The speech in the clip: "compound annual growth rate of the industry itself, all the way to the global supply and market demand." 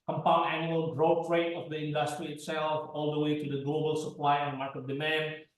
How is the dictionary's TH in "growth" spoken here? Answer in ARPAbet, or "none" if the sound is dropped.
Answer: T